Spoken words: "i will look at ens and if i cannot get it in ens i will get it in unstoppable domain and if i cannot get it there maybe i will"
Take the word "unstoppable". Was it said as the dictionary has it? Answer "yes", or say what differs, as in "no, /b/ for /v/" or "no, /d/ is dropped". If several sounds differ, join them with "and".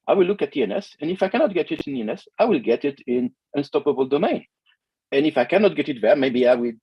yes